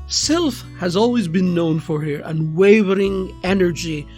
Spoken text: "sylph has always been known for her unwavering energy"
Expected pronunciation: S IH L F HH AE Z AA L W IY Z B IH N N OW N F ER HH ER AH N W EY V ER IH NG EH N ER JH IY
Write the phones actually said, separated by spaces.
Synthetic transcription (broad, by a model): S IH L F HH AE Z AA L W IY Z B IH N N OW N F ER HH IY AH N W EY V ER IH NG EH N ER JH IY